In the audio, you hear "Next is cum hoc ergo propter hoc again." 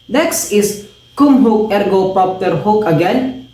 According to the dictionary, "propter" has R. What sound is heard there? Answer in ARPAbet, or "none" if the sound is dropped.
none